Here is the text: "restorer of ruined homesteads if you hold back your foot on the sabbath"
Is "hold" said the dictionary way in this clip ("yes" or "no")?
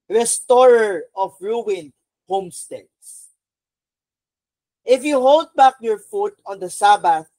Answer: yes